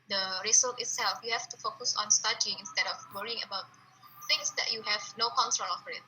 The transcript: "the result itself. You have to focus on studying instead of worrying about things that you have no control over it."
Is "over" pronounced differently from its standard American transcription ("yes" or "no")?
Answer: yes